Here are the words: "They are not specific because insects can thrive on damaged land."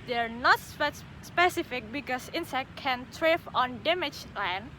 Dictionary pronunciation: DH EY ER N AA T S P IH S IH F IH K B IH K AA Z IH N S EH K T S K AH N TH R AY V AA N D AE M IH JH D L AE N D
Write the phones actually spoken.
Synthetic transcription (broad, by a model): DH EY ER N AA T S P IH S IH F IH K B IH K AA S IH N S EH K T K AH N T R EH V AA N D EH M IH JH L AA N